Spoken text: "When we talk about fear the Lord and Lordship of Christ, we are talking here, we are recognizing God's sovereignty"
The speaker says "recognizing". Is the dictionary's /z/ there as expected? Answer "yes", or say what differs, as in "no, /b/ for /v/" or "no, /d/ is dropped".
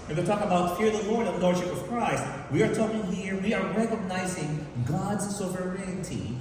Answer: yes